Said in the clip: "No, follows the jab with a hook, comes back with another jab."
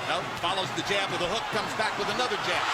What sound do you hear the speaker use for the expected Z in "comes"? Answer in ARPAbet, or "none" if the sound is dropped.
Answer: Z